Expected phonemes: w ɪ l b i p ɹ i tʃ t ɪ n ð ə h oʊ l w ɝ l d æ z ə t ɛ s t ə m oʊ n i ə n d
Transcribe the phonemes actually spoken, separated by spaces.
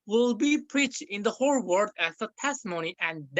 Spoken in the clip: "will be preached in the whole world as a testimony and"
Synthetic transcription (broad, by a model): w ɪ l b i p ɹ i tʃ t ɪ n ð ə h oʊ l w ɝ d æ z ə t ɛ s t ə m oʊ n i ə n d